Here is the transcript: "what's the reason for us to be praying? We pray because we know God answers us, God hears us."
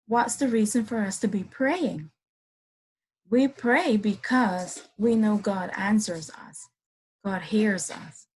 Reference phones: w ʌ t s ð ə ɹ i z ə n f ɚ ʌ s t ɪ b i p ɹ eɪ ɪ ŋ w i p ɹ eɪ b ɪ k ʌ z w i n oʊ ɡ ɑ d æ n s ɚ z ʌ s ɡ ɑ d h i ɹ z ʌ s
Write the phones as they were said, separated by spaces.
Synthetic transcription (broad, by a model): w ʌ t s ð ə ɹ i z ə n f ɚ ʌ s t ɪ b i p ɹ eɪ ɪ ŋ w i p ɹ eɪ b ɪ k ʌ z w i n oʊ ɡ ɑ d æ n s ɚ z ʌ s ɡ ɑ d h i ɹ z ʌ s